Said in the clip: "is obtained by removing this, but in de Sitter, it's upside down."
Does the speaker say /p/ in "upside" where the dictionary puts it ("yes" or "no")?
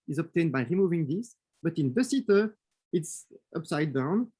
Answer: yes